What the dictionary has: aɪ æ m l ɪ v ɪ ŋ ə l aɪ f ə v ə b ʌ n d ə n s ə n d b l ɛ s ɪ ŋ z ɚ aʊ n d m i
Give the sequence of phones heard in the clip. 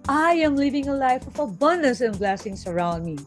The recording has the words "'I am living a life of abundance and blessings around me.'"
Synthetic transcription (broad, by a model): aɪ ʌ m l ɪ v ɪ ŋ ə l aɪ f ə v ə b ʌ n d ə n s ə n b l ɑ s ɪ ŋ s ɚ aʊ n d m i